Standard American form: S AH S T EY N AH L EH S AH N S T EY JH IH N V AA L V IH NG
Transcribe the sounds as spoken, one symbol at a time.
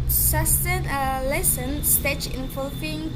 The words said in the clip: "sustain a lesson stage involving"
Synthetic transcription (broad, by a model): S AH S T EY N AH L EH S AH N S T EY CH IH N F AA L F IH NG